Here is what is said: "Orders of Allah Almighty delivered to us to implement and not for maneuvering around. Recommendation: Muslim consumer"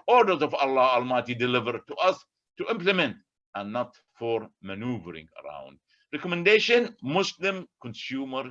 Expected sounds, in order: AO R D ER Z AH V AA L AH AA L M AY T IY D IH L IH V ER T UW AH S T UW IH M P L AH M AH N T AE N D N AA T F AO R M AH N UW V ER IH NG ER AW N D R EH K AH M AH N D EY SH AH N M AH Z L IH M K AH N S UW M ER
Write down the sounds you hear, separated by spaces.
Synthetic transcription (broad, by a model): AO R D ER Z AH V AA L AH AA L M AY T IY D IH L IH V ER T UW AH S T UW IH M P L AH M AH N T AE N N AA T F AO R M AH N UW V ER IH NG ER AW N D R EH K AH M AH N D EY SH AH N M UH S L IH M K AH N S UW M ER